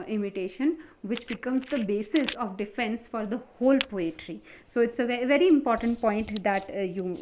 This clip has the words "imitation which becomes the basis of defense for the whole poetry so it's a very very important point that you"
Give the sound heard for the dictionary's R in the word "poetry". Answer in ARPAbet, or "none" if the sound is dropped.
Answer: R